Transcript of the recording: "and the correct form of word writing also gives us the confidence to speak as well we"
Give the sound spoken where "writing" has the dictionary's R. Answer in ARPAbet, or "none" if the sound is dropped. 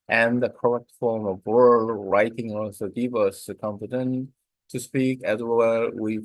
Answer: R